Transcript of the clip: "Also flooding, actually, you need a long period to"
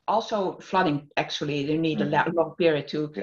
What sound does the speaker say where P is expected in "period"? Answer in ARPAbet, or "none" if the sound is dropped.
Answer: P